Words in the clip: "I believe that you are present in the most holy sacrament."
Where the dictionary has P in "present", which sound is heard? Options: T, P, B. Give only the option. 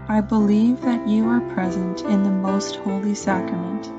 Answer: P